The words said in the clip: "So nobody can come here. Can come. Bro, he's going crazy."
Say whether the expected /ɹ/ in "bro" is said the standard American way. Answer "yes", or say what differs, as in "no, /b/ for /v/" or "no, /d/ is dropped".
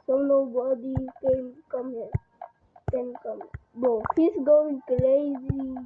no, /ɹ/ is dropped